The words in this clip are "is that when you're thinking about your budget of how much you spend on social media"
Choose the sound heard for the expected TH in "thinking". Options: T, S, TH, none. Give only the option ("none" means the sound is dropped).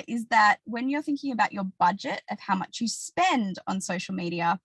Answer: TH